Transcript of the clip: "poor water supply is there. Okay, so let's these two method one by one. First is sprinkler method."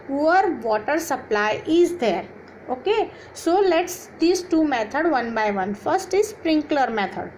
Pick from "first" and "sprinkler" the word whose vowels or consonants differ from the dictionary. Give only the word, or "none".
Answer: none